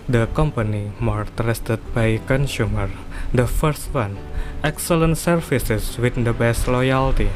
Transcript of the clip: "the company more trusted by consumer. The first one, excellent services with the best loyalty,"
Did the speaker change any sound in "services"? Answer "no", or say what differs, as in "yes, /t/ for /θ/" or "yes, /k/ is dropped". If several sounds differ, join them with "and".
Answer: yes, /f/ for /v/ and /s/ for /z/